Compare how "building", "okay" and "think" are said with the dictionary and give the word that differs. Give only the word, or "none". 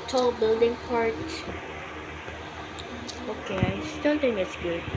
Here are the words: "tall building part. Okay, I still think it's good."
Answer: think